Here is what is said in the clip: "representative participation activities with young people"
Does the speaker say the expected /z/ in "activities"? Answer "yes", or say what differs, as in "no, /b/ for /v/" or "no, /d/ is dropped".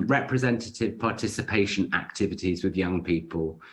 yes